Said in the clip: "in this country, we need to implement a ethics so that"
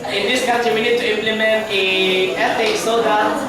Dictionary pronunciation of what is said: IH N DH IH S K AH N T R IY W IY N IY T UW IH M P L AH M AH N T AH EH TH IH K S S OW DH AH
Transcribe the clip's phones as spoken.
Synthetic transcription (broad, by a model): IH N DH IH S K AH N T IY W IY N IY T UW IH M P L AH M AH N T AH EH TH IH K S S OW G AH